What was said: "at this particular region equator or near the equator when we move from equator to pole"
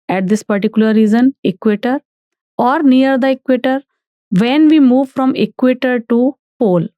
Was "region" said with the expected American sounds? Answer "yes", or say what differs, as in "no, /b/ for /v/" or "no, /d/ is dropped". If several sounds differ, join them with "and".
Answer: no, /z/ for /dʒ/